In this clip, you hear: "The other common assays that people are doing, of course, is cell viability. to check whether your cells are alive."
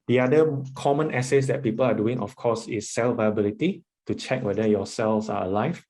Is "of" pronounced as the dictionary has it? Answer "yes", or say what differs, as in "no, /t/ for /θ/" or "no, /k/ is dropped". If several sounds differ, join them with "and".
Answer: no, /f/ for /v/